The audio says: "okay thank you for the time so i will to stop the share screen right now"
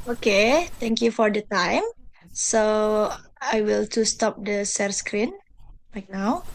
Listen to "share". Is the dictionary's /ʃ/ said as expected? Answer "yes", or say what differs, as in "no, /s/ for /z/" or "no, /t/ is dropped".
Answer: no, /s/ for /ʃ/